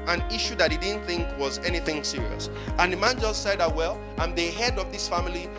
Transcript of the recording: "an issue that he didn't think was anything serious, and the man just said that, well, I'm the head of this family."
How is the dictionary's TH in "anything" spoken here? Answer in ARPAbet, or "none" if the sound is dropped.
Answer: TH